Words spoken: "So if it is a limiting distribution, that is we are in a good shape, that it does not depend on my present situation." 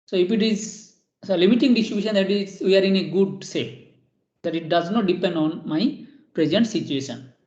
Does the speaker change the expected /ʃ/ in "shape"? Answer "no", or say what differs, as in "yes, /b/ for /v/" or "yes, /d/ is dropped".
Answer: yes, /s/ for /ʃ/